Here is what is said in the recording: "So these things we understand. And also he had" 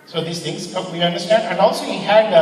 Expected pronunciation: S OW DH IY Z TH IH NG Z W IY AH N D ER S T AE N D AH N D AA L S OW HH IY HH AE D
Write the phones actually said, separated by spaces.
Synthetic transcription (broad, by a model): S OW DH IY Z T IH NG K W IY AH N D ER S T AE N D AH N D AA L S OW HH IY HH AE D